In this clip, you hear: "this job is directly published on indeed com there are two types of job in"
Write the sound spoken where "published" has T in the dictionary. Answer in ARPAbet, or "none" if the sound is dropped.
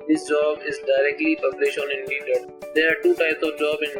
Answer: none